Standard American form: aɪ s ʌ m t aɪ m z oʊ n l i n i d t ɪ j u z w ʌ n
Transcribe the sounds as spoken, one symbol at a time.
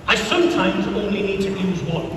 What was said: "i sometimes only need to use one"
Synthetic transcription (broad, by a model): aɪ s ʌ m t aɪ m z oʊ n l i n i d t ɪ j u z w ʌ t